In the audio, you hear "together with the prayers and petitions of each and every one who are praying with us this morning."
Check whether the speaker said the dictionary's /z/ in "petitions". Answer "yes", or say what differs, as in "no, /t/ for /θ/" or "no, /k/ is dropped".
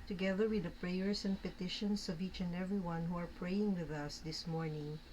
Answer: no, /s/ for /z/